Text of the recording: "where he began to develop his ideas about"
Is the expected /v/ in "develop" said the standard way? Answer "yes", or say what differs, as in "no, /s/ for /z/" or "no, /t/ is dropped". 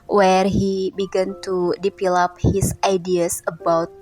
no, /p/ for /v/